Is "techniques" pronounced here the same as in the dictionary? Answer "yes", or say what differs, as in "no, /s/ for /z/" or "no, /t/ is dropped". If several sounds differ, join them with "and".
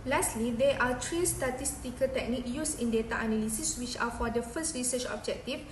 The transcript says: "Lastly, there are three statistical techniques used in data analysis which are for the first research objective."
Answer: no, /s/ is dropped